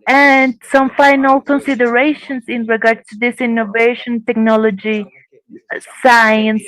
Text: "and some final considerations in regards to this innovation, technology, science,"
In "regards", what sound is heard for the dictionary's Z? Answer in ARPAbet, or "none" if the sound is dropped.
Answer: none